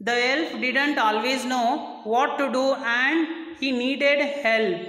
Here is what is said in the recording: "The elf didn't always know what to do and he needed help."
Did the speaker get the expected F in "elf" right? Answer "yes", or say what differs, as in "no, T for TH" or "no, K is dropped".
no, P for F